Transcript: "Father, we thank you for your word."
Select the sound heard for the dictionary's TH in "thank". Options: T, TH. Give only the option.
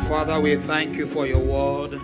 TH